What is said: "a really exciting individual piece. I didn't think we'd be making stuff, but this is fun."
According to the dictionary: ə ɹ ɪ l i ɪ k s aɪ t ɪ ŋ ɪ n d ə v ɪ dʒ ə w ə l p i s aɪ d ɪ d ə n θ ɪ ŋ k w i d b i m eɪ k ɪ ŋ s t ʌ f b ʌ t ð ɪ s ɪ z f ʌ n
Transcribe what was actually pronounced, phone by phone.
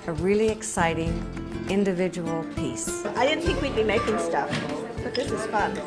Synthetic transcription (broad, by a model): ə ɹ ɪ l i ɪ k s aɪ t ɪ ŋ ɪ n d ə v ɪ dʒ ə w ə l p i s aɪ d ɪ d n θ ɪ k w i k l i m eɪ k ɪ ŋ s t ʌ f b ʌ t ð ɪ s ɪ z f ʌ n